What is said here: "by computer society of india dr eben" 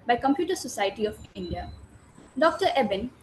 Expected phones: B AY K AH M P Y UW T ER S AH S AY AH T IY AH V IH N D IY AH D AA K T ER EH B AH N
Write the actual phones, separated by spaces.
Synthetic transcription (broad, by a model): B AY K AH M P Y UW T ER S AH S AY AH T IY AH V IH N D IY AH D AA K T ER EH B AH N